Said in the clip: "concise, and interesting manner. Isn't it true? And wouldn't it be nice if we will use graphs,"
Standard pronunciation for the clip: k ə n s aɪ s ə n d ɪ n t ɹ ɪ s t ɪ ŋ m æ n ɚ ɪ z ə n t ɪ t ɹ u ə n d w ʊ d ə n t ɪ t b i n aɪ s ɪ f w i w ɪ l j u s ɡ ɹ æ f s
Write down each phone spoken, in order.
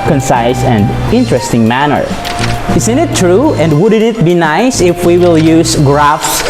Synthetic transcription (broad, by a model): k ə n s aɪ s ə n d ɪ n t ɹ ɪ s t ɪ ŋ m æ n ɚ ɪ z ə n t ɪ t ɹ u ə n d w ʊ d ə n ɪ t b i n aɪ s ɪ f w i w ɪ l j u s ɡ ɹ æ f s